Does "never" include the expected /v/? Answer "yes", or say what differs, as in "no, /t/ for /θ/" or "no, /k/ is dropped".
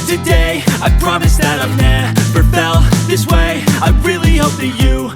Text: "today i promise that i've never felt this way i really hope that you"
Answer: no, /p/ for /v/